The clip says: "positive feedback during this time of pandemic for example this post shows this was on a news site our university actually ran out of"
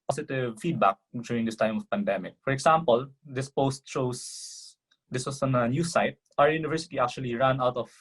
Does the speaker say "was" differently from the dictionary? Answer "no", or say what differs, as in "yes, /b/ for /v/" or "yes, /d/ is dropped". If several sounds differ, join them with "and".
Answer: yes, /s/ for /z/